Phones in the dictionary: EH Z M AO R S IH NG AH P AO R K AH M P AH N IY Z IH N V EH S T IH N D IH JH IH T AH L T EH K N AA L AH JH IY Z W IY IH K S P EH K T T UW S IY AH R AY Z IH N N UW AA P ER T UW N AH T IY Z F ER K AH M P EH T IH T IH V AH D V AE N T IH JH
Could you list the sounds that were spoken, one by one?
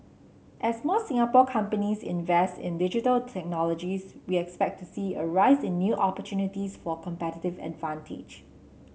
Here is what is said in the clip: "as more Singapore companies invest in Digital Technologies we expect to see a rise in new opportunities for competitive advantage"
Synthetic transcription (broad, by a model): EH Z M AO S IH NG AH P AO K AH M P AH N IY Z IH N V EH S T IH N D IH JH IH T AH L T EH K N AA L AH JH IY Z W IY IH K S P EH K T T UW S IY AH R AY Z IH N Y UW AA P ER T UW N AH T IY S F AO K AH M P EH T IH T IH V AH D V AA N T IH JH